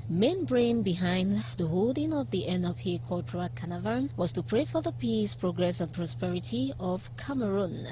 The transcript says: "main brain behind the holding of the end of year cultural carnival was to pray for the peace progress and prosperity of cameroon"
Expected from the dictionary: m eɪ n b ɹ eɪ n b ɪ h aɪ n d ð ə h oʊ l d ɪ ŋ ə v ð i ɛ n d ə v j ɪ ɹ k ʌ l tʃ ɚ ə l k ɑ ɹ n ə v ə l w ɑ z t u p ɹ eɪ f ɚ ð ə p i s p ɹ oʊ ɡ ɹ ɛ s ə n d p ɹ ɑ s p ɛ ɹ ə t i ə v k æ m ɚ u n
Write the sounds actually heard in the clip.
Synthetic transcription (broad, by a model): m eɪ n b ɹ eɪ n b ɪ h aɪ n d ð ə h oʊ l d ɪ ŋ ə v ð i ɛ n ə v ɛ k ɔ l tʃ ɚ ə k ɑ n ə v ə n w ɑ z t u p ɹ eɪ f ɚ ð ə p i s p ɹ oʊ ɡ ɹ ɛ s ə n p ɹ ɑ s p ɛ ɹ ə t i ə v k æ m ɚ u n